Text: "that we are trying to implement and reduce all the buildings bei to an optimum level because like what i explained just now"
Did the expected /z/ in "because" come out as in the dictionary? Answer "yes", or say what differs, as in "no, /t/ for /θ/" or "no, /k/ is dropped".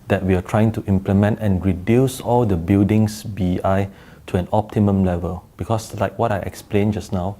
no, /s/ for /z/